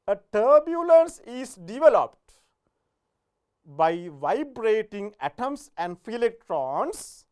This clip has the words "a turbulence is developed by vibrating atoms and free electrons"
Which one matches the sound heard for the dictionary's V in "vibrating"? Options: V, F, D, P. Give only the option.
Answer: V